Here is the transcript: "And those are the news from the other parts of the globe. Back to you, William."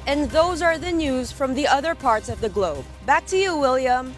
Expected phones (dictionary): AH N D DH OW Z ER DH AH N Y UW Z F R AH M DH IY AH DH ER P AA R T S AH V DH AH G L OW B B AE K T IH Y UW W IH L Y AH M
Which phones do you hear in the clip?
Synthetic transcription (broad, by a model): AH N DH OW Z ER DH AH N Y UW Z F R AH M DH IY AH DH ER P AA R T S AH V DH AH G L OW B B AE K T IH Y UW W IH L Y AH M